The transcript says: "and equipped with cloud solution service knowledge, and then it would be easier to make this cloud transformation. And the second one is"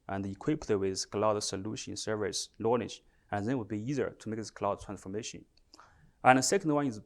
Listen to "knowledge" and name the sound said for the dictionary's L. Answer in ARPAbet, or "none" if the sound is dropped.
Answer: N